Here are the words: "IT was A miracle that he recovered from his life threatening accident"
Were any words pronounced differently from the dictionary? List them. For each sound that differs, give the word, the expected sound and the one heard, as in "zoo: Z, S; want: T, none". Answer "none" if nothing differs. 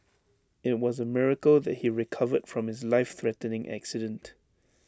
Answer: none